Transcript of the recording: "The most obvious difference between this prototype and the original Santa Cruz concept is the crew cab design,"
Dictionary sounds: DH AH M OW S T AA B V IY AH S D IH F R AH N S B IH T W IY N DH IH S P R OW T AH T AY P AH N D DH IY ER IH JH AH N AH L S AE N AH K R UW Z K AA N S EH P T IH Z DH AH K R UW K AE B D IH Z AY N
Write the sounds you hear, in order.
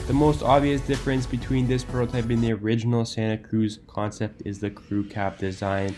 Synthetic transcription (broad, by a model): DH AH M OW S T AA B V IY AH S D IH F R AH N S B IH T W IY N DH IH S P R OW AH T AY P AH N DH IY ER IH JH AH N L S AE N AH K R UW Z K AA N S EH P T IH Z DH AH K R UW K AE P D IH Z AY N